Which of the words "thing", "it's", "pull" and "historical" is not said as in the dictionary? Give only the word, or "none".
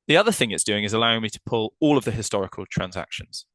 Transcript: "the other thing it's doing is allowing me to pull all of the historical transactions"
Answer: none